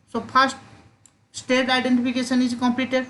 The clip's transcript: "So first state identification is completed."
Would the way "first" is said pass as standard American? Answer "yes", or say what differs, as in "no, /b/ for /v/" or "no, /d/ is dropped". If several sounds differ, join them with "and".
no, /p/ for /f/